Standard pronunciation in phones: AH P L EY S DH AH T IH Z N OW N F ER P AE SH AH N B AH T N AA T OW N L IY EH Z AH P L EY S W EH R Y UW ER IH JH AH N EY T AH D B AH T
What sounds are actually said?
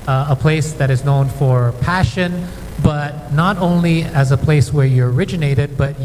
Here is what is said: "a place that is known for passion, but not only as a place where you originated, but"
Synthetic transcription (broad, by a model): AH P L EY S DH AH T IH Z N OW N F ER P AE SH AH N B AH T N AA T OW N L IY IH Z AH P L EY S W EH R Y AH ER IH JH AH N EY T AH D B AH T